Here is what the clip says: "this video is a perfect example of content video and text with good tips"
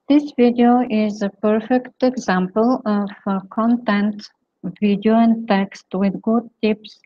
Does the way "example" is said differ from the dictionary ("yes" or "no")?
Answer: no